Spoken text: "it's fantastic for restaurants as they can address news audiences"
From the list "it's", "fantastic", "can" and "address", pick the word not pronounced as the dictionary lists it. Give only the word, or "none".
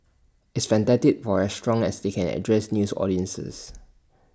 fantastic